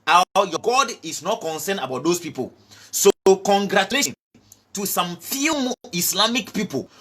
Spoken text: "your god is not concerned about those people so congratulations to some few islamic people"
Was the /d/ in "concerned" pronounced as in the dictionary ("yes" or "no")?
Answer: no